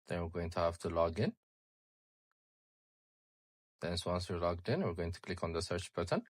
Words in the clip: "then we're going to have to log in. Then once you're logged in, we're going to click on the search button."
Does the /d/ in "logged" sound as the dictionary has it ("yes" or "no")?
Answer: yes